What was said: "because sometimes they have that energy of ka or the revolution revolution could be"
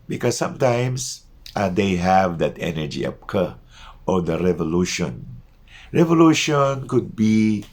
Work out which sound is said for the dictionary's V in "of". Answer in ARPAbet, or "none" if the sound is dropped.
P